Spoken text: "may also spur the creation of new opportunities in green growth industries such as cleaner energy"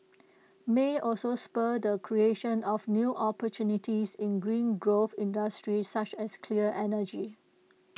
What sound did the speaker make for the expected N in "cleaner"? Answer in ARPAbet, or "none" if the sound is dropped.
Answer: none